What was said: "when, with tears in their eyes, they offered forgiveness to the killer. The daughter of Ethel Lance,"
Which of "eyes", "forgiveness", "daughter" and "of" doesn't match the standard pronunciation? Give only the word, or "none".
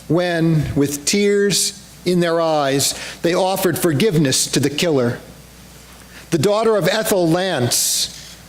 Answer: none